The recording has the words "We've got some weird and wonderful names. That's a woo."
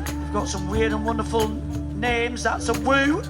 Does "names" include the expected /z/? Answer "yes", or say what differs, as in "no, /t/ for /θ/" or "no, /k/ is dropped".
yes